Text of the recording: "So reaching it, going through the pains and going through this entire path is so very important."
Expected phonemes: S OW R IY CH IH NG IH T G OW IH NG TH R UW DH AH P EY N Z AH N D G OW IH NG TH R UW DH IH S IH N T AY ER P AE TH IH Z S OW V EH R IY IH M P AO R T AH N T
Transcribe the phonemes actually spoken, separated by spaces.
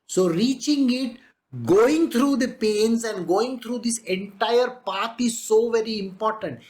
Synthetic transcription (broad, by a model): S OW R IY CH IH NG IH T G OW IH NG T R UW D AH P EY N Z AH N D G OW IH NG T R UW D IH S IH N T AY ER P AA T IH Z S OW V EH R IY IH M P AO R T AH N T